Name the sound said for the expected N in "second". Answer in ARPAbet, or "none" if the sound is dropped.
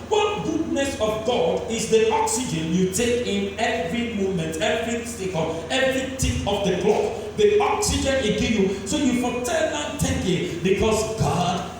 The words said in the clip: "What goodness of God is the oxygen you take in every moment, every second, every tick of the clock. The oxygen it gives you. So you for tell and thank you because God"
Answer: L